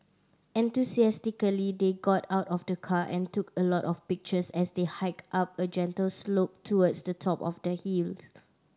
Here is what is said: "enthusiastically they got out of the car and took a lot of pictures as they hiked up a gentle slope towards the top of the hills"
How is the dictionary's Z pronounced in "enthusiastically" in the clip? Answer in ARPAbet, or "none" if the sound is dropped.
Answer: S